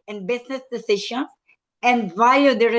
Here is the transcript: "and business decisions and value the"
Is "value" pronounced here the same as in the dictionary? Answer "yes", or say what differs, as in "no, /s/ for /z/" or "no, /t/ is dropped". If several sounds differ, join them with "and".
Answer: no, /l/ is dropped